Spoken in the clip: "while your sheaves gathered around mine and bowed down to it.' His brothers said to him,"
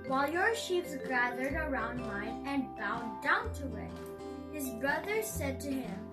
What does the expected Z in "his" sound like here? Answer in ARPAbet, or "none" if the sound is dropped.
Z